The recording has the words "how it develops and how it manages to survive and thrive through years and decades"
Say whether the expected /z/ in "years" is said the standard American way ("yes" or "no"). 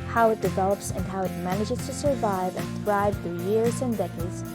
yes